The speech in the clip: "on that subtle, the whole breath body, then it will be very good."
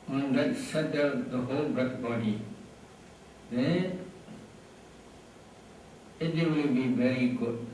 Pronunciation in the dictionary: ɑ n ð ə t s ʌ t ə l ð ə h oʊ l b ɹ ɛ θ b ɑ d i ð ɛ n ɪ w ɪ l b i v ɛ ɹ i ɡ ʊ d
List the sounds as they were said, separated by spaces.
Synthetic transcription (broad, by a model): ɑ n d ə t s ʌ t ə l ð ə h oʊ l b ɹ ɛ t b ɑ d i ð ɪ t ɪ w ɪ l b i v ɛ ɹ i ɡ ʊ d